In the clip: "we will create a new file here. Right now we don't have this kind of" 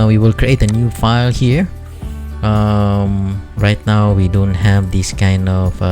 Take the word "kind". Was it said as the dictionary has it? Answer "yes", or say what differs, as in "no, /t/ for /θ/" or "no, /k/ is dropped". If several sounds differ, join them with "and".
yes